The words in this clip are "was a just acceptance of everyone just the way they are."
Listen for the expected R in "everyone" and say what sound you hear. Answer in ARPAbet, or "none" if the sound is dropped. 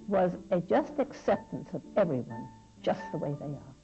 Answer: R